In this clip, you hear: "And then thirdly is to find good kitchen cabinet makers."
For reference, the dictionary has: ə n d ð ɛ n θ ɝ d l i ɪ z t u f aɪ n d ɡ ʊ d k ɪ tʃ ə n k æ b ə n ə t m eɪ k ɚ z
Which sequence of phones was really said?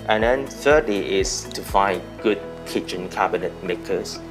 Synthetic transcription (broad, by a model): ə n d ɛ n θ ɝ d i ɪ s t u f aɪ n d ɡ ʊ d k ɪ tʃ ə n k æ b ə n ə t m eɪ k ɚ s